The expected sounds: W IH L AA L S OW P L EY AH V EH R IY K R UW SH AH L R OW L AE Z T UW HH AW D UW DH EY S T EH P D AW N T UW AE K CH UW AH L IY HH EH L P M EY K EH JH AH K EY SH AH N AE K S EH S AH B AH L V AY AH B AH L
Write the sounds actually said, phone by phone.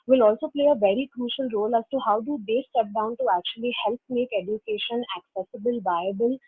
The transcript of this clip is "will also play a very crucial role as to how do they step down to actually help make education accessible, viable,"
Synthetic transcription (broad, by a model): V IH L AA L S OW P L EY AH V EH R IY K R UW SH AH L R OW L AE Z T UW HH AW D UW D EY S T EH P D AW N T UW AE K CH UW AH L IY HH EH L P M EY K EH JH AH K EY SH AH N AE K S EH S AH B AH L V AY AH B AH L